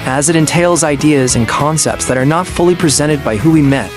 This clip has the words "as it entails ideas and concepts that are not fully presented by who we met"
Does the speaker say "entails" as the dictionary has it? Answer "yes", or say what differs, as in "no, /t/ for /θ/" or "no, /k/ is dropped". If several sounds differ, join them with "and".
yes